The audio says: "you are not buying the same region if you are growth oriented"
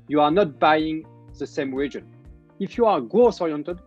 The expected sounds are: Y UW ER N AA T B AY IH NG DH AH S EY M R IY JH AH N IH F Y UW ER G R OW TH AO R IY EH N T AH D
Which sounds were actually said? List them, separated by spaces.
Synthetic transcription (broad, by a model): Y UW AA N AA T B AY IH NG DH AH S EY M R IY JH AH N IH F Y UW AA G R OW S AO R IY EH N T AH D